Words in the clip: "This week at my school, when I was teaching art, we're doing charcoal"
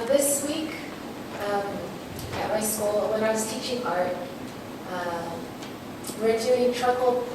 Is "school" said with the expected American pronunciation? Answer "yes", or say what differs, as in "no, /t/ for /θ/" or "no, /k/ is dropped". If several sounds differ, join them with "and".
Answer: no, /k/ is dropped